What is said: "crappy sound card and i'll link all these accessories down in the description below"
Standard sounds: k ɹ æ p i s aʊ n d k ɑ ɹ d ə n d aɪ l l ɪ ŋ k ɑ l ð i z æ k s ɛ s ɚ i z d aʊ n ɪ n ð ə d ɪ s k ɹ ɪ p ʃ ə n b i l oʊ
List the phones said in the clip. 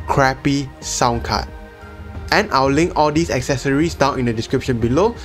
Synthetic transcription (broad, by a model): k ɹ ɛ p i s aʊ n k ɑ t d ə n aɪ w l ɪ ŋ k ɑ l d i s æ k s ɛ s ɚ i s d aʊ n ɪ n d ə d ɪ s k ɹ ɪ p ʃ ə n b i l oʊ